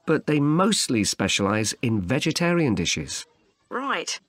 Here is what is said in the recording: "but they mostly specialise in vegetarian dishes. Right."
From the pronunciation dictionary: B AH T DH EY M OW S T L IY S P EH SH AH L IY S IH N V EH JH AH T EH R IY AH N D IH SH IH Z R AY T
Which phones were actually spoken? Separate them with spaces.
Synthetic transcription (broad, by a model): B AH T DH EY M OW S T L IY S P EH SH AH L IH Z IH N V EH JH AH T EH R IY AH N D IH SH IH Z R AY T